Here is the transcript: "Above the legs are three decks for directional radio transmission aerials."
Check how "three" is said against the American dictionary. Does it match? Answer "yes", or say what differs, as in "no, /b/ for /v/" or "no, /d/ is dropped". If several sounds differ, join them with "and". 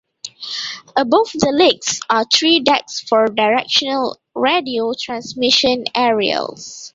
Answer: no, /t/ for /θ/